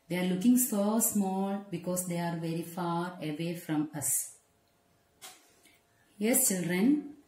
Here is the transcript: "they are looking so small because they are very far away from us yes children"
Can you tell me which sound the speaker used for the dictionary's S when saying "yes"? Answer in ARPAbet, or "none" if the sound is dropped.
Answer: S